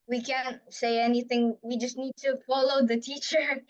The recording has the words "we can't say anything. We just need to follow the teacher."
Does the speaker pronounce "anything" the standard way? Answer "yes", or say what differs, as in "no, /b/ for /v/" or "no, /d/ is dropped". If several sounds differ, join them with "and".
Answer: yes